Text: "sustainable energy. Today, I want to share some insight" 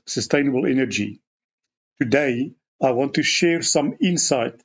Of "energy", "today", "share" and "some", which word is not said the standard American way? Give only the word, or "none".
none